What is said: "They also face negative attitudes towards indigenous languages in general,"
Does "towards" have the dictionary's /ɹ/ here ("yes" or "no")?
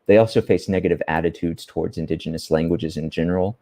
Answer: yes